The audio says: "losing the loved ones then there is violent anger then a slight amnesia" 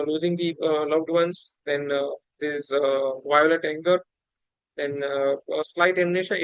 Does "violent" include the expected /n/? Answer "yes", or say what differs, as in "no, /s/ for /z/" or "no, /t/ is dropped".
no, /n/ is dropped